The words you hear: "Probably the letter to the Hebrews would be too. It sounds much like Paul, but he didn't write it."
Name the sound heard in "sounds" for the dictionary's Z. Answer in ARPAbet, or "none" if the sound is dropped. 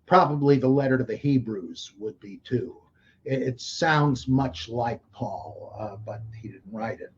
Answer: Z